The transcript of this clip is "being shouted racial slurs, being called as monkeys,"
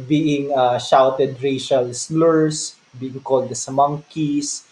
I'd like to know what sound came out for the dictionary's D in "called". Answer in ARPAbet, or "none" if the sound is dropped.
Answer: D